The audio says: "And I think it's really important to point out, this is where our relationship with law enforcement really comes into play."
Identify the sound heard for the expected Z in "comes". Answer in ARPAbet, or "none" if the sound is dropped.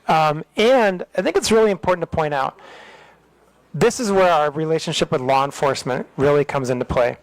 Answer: Z